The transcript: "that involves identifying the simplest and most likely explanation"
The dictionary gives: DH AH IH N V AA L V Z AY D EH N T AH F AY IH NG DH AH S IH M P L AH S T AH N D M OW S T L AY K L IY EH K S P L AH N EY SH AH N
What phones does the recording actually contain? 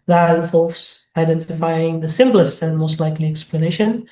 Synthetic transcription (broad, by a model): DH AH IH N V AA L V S AY D EH N T AH F AY IH NG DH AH S IH M P L AH S T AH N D M OW S T L AY K L IY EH K S P L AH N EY SH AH N